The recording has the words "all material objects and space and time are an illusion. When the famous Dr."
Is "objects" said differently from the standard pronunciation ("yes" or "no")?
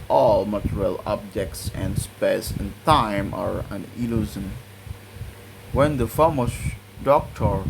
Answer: no